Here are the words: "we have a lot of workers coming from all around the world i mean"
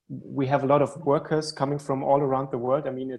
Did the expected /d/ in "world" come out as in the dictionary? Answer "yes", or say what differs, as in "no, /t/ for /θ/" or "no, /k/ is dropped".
yes